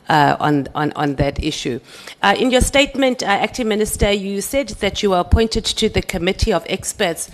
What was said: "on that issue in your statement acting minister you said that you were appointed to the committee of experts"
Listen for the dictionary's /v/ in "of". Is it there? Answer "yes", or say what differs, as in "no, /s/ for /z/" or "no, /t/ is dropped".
yes